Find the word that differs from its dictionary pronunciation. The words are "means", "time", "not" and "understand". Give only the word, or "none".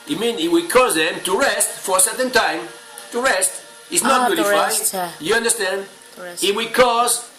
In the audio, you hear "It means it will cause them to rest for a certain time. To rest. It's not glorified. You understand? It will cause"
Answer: means